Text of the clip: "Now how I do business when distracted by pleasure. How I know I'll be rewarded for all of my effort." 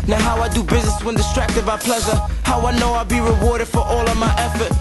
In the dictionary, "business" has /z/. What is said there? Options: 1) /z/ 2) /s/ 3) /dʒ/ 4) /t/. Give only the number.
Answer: 1